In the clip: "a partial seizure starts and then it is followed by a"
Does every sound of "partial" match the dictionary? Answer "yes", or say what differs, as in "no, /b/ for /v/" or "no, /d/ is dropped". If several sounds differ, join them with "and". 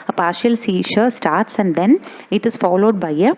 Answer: yes